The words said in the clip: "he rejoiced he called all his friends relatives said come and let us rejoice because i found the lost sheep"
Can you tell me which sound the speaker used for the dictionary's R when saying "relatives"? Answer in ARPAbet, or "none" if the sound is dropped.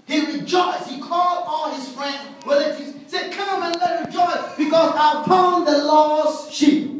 W